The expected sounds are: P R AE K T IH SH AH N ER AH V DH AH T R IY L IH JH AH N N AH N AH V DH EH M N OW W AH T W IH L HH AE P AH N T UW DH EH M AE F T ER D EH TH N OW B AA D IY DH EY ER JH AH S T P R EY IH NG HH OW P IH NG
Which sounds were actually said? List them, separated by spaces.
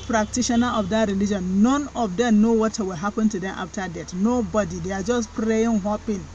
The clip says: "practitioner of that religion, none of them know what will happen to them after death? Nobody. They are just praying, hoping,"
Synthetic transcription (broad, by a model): P R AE K T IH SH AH N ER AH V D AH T R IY L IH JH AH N N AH N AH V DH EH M N OW W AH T W IH L HH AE P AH N T UW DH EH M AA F T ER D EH T N OW B AA D IY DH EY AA JH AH S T P R EY IH NG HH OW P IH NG